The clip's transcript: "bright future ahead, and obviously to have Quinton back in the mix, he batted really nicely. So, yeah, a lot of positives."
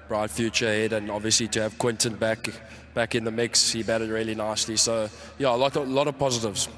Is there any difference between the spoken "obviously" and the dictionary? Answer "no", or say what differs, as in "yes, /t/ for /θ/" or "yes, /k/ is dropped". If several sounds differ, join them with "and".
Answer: no